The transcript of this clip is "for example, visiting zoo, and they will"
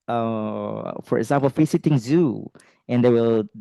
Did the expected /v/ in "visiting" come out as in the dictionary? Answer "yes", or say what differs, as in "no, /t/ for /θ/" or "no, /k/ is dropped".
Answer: no, /f/ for /v/